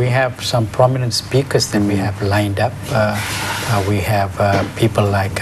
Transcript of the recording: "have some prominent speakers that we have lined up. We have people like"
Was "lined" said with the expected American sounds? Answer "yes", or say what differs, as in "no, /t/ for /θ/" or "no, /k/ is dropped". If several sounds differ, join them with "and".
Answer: yes